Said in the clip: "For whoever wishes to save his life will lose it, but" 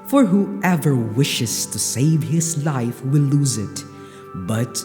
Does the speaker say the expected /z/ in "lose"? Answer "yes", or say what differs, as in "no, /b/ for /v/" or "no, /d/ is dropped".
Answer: yes